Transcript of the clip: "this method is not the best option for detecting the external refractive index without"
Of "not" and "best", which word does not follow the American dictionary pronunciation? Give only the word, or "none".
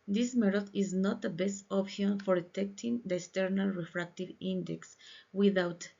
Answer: none